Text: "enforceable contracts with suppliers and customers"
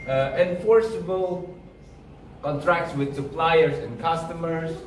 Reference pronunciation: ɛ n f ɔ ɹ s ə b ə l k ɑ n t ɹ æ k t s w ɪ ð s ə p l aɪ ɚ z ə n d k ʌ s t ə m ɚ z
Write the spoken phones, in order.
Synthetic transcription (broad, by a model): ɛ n f ɔ ɹ s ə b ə l k ɑ n t ɹ æ k t s w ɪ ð s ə p l aɪ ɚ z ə n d k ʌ s t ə m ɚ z